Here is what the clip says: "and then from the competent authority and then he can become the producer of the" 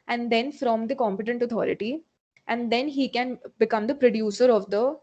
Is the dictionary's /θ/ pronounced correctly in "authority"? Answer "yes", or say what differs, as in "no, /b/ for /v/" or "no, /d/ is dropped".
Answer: no, /t/ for /θ/